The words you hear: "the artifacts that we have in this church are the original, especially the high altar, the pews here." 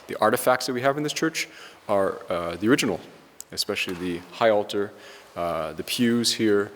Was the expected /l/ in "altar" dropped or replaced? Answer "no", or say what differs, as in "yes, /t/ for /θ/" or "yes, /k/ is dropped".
no